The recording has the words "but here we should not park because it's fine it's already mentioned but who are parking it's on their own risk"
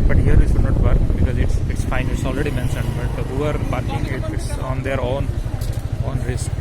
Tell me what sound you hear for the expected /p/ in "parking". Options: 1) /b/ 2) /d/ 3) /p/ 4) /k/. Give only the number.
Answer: 1